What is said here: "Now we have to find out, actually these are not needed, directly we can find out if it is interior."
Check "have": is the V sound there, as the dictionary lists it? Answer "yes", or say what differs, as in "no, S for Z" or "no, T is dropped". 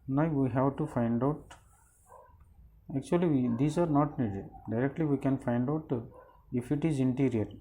no, W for V